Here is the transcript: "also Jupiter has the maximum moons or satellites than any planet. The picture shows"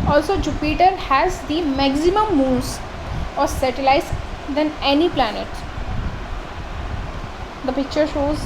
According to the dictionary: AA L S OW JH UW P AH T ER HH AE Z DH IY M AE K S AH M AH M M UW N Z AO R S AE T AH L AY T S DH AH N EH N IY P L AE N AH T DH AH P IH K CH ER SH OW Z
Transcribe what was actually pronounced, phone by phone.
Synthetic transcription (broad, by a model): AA L S OW JH UW P AH T ER HH AE Z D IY M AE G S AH M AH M M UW L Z AO R S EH T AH L AY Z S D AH N EH N IY P L AE N AH T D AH P IH K CH ER SH OW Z